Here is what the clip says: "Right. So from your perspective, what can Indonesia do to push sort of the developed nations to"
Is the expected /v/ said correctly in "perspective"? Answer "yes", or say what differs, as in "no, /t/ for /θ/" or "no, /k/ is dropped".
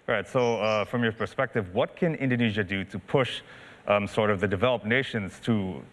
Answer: yes